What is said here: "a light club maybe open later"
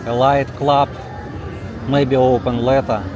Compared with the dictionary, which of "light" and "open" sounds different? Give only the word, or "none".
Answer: none